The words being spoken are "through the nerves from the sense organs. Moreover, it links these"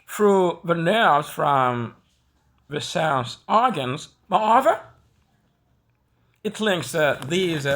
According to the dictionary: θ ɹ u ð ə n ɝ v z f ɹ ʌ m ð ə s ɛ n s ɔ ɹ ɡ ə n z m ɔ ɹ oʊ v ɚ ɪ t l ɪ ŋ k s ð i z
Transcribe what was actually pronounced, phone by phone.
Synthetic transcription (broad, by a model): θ ɹ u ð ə n ɝ v z f ɹ ʌ m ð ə s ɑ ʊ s ɔ ɹ ɡ ə n z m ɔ oʊ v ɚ ɪ t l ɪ ŋ k s ð i z